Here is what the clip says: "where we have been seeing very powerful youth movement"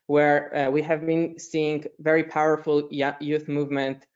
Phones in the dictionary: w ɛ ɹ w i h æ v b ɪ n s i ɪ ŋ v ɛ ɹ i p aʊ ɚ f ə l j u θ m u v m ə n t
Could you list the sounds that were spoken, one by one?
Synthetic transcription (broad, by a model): w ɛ ɹ w i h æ v b ɪ n s i ɪ ŋ v ɛ ɹ i p aʊ ɚ f ə l j u θ m u v m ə n t